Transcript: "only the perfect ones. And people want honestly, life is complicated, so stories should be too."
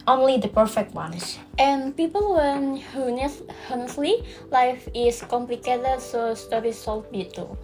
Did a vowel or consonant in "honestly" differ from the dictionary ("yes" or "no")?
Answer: yes